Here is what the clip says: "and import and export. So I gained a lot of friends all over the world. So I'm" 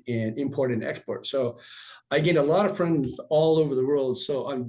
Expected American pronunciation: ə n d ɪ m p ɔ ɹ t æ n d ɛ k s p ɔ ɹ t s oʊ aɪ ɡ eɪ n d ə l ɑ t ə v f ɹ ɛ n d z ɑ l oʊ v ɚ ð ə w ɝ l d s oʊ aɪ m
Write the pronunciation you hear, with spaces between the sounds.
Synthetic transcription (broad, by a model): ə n ɪ m p ɔ ɹ t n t ɛ k s p ɔ ɹ t s oʊ aɪ ɡ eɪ d ə l ɑ t ə v f ɹ ɛ n d z ɑ l oʊ v ɚ ð ə w ɝ l d s oʊ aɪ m